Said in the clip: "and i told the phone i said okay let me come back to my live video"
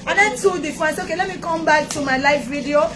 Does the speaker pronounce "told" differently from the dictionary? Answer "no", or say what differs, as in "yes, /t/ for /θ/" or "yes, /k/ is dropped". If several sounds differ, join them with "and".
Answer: yes, /l/ is dropped